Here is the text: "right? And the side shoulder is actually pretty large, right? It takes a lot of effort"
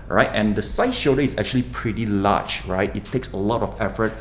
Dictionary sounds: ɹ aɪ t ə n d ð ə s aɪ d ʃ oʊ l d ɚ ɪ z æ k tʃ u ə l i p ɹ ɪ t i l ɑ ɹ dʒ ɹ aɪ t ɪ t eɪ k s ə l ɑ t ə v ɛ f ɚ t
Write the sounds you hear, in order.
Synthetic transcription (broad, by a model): ɹ aɪ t ə n d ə s aɪ ʃ oʊ d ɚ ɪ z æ k tʃ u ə l i p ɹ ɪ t i l ɑ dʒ ɹ aɪ t ɪ t eɪ k s ə l ɑ t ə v ɛ f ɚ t